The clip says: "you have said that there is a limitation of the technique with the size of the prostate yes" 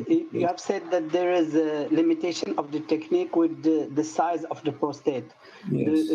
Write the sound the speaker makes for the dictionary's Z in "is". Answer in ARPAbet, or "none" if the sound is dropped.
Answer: Z